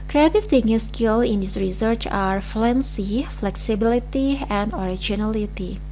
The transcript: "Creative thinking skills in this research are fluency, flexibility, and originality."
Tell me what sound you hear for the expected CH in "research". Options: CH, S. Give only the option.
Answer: CH